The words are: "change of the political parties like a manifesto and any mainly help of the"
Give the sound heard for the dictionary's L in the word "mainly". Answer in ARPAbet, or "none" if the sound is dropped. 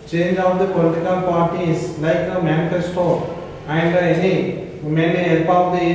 none